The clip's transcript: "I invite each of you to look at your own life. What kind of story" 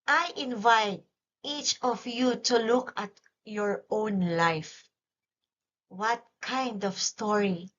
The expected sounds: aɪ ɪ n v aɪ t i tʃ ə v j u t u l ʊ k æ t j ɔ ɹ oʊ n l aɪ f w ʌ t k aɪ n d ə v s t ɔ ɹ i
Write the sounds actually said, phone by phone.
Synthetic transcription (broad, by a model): aɪ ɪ n v aɪ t i tʃ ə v j u t u l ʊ k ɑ t j ɔ ɹ oʊ n l aɪ f w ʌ t k aɪ n d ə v s t ɔ ɹ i